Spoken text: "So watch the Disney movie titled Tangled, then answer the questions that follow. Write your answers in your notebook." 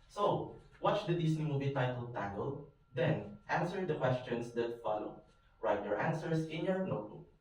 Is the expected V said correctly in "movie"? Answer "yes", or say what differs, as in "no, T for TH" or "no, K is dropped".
no, B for V